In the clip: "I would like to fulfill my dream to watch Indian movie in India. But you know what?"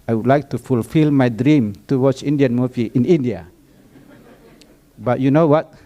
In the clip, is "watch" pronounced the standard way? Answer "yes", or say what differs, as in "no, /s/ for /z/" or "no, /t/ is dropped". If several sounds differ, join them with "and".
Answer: no, /s/ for /tʃ/